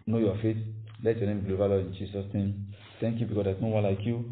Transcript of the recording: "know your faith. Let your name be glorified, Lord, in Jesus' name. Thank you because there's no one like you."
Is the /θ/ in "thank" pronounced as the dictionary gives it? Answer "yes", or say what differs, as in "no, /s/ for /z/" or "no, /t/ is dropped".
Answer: no, /t/ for /θ/